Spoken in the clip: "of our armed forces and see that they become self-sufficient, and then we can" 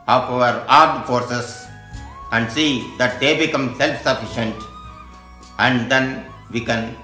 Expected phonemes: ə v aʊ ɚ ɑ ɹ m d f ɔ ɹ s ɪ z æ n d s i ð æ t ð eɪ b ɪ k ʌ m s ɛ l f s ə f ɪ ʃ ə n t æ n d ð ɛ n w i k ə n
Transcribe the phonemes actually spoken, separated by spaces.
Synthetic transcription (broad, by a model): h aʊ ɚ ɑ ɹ d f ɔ ɹ s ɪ s æ n d s i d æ t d eɪ b ɪ k ʌ m s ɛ l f s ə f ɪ ʃ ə n t æ n d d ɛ n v i k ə n